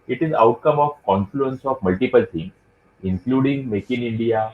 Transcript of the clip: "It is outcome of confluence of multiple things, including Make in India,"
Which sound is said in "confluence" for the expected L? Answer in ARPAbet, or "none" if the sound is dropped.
L